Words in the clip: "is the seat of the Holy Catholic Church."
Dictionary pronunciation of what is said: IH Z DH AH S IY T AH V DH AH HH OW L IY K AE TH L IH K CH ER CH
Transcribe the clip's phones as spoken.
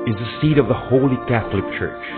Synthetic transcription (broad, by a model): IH Z DH AH S IY T AH V DH AH HH OW L IY K AE TH L IH K CH ER CH